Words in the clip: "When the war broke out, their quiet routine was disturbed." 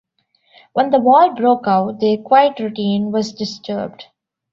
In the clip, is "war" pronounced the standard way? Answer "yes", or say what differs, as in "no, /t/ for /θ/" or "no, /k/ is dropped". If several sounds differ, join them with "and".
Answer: no, /l/ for /ɹ/